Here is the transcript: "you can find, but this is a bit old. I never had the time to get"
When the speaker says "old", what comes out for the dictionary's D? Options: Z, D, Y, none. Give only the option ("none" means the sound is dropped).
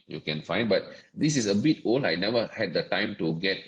none